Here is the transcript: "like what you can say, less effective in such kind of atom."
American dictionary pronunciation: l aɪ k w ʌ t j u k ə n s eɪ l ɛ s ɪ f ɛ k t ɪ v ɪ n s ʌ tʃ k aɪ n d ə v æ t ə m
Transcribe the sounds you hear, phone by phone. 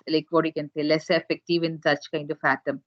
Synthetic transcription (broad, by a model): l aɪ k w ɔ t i k ə n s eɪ l ɛ s ɪ f ɛ k t ɪ v ɪ n s ʌ tʃ k aɪ n d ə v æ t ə m